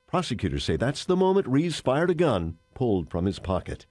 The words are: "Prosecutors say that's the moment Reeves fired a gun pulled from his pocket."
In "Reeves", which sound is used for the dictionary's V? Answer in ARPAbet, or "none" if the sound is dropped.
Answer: none